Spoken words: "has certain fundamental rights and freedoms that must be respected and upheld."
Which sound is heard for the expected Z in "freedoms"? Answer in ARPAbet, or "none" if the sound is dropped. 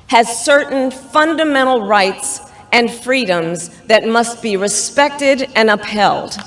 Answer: Z